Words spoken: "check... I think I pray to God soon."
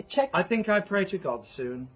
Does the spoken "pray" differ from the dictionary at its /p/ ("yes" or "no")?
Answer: no